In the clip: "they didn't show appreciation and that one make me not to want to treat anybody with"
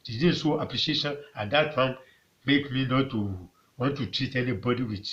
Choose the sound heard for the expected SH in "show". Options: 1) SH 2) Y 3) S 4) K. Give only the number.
3